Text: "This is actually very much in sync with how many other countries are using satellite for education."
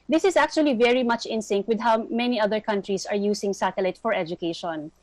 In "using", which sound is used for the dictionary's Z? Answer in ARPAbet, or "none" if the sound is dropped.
S